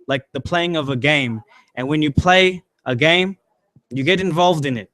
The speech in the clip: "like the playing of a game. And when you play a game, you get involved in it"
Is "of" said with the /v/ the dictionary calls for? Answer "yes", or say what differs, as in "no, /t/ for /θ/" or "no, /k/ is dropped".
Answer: yes